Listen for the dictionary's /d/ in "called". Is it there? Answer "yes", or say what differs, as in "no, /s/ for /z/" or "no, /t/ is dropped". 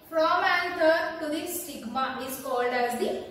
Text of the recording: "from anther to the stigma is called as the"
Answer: yes